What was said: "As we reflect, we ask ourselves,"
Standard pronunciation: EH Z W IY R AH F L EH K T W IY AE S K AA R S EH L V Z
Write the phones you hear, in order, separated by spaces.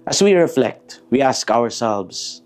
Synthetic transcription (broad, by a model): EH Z W IY R AH F L EH K T W IY AE S K AA R S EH L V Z